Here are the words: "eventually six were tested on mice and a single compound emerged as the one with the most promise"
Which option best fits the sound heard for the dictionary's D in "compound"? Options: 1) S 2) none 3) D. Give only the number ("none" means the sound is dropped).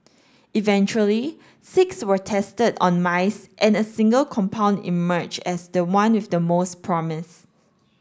3